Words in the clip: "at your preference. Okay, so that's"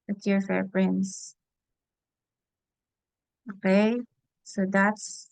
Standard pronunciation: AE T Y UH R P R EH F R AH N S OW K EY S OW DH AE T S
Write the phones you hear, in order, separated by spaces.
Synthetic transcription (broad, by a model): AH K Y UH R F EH P R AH N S OW K EY S OW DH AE T S